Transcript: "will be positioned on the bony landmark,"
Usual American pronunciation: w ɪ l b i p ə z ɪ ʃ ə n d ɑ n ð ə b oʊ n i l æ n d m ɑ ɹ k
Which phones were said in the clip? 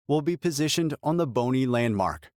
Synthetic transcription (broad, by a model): w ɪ l b i p ə z ɪ ʃ ə n d n ð ə b oʊ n i l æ n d m ɑ ɹ k